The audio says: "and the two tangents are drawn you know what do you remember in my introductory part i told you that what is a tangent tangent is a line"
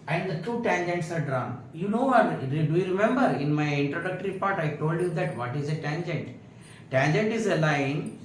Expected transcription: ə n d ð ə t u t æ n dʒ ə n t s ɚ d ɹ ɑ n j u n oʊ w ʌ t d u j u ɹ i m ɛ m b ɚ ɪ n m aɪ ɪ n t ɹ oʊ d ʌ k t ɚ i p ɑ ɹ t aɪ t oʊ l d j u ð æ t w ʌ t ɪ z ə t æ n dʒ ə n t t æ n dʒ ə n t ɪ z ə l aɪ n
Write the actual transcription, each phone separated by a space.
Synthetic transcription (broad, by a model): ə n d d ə t u t æ n dʒ ə n t s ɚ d ɹ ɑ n j u n oʊ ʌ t d u j u ɹ i m ɛ m b ɚ ɪ n m aɪ ɪ n t ɹ oʊ d ʌ k t ɚ i p ɑ ɹ t aɪ t oʊ l d j u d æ t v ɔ t ɪ z ə t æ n dʒ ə n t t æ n dʒ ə n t ɪ z ə l aɪ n